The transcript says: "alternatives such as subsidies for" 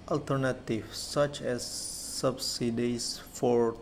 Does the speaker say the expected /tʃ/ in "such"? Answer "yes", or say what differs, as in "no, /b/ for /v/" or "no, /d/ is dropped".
yes